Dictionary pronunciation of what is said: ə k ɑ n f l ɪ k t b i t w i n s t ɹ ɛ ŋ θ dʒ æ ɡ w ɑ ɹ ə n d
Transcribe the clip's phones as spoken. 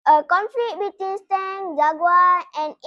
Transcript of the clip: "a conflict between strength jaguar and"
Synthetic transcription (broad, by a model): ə k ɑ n f l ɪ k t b i t w i n s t ɛ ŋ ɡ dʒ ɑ ɡ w ɑ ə n